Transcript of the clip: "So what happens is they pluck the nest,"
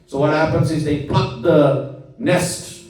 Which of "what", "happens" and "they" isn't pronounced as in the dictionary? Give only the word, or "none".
none